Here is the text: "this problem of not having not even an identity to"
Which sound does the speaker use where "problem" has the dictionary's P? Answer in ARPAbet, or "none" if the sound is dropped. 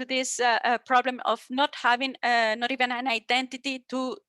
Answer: P